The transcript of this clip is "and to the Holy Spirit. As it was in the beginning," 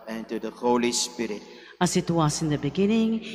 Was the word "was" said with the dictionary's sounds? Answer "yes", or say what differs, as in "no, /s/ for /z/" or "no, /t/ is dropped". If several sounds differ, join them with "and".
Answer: no, /s/ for /z/